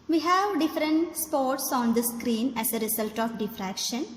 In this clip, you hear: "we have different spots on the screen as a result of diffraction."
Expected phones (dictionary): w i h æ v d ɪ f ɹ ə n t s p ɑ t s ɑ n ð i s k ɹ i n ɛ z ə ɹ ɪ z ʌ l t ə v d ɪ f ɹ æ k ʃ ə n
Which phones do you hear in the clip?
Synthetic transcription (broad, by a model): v i h æ v d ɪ f ɹ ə n t s p ɑ t s ɑ n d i s k ɹ i n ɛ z ə ɹ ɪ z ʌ l t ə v d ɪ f ɹ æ k ʃ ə n